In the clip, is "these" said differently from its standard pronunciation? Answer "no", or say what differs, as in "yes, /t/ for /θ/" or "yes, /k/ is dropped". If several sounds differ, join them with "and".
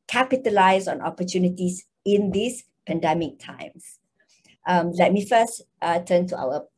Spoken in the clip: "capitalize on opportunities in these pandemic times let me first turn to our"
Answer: yes, /s/ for /z/